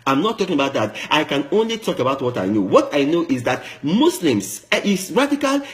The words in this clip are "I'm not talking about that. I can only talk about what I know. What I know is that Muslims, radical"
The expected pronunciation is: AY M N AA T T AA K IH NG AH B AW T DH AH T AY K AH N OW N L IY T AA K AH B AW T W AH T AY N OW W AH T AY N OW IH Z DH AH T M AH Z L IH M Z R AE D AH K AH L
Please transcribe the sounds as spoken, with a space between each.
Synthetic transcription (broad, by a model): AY M N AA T T AA K IH NG AH B AW T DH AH T AY K AH N OW N L IY T AA K AH B AW T W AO T AY N OW W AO T AY N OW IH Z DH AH T M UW S L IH M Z R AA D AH K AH L